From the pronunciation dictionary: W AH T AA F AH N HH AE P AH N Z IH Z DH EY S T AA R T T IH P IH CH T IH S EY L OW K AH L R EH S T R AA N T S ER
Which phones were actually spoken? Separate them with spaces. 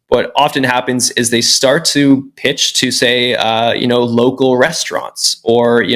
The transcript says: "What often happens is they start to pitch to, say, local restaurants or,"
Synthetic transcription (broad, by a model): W AH T AA F AH N HH AE P AH N Z IH Z DH EY S T AA R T T IH P IH CH T IH S EY N OW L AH L R EH S T R AA N T S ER